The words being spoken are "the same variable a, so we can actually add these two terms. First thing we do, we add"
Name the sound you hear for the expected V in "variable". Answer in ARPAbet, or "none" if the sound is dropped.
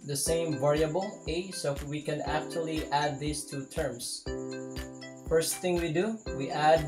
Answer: V